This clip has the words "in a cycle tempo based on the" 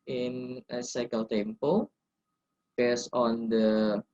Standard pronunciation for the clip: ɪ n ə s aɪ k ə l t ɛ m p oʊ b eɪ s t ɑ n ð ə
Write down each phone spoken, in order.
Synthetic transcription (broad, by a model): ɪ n ə s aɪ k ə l t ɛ m p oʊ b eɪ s ɑ n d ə